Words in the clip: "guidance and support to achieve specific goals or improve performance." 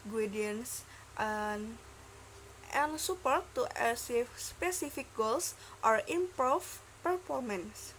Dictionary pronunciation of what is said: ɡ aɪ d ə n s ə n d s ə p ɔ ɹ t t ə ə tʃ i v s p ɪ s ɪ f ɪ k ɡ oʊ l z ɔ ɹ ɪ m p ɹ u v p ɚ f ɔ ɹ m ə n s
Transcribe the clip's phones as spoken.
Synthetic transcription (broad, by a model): ɡ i d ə n s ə n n s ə p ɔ ɹ t t ə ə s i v s p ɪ s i f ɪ k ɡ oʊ l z ɔ ɹ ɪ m p ɹ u f p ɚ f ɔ ɹ m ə n s